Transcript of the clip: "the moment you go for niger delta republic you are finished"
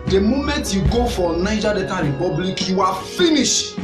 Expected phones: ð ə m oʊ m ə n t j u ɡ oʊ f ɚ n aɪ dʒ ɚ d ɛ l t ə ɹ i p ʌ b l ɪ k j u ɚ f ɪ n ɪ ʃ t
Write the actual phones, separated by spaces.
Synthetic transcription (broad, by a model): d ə m oʊ m ə n t j u ɡ oʊ f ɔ n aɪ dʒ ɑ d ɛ t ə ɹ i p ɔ b l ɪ k j u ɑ f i n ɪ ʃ